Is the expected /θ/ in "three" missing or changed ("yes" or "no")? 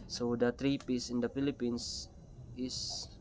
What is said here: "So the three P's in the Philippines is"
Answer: yes